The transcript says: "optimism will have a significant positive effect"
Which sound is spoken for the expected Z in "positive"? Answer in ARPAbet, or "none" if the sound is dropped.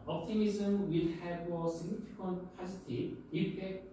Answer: S